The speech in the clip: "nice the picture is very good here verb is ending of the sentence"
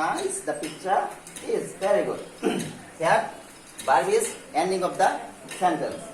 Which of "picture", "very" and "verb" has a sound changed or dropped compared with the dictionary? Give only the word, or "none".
verb